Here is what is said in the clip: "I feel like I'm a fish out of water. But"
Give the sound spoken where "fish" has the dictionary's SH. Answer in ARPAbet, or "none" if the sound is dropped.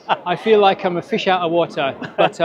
SH